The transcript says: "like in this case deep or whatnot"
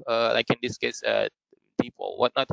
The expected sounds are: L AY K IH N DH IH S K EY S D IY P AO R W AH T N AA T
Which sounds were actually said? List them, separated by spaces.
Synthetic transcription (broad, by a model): L AY K IH N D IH S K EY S D IY P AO L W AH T N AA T